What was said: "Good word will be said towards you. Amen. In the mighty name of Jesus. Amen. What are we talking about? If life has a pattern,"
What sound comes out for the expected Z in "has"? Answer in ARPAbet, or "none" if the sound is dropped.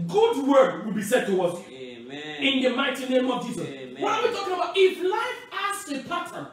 S